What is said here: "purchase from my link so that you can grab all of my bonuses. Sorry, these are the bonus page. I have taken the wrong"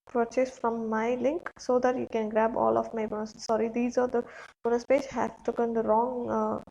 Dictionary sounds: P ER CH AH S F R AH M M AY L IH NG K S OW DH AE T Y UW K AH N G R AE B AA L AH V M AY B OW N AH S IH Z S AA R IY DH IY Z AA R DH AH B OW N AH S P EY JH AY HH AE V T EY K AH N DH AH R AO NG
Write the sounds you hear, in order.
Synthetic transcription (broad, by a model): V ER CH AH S F R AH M M AY L IH NG K S OW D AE T Y UW K AH N G R AE B AA L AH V M AY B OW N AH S S AA R IY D IY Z AA R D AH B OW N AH S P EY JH HH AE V T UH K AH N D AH R AO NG